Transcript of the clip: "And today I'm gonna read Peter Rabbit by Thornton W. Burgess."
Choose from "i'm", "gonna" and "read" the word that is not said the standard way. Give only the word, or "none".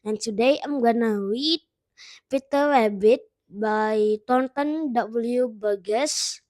read